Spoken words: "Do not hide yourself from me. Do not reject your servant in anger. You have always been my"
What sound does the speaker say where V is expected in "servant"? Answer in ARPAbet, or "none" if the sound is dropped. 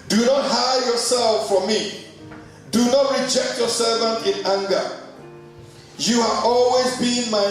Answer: V